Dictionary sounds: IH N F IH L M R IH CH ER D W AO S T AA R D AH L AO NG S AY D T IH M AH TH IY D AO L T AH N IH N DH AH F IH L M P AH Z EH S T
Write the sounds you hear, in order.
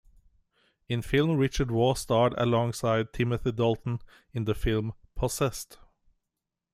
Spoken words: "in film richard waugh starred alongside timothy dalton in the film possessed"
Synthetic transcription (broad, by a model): IH N F IH L M R IH CH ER D W AO S T AA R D AH L AO NG S AY D T IH M AH TH IY D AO L T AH N IH N DH AH F IH L M P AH S EH S T